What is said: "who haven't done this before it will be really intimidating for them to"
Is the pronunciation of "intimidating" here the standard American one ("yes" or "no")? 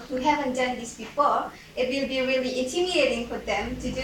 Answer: no